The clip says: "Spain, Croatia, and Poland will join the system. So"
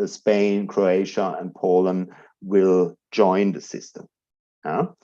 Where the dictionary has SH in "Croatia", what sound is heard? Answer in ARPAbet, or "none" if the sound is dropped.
SH